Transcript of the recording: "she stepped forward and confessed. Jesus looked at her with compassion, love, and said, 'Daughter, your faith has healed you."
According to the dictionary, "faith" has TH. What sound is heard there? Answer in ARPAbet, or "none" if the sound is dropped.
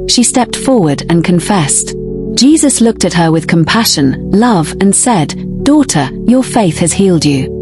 TH